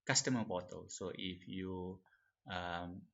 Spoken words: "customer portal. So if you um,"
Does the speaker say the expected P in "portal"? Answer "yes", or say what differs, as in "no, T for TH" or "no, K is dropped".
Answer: no, B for P